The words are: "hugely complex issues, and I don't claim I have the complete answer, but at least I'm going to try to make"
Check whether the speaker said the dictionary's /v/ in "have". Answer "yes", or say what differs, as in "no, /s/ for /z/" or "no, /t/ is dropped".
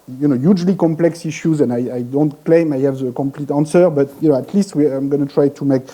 yes